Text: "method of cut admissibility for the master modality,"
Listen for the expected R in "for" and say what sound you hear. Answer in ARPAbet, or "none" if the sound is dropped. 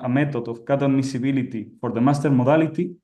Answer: R